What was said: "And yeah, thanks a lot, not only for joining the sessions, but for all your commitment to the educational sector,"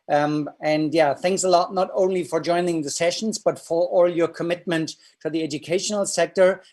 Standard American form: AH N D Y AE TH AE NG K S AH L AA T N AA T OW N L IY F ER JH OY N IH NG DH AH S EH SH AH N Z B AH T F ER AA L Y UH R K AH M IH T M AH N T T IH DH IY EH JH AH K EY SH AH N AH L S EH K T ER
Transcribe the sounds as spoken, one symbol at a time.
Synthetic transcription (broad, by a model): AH N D Y AE TH AE NG K S AH L AA T N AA T OW N L IY F ER JH OY N IH NG DH AH S EH SH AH N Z B AH T F ER AA L Y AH R K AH M IH T M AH N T T IH DH IY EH JH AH K EY SH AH N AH L S EH K T ER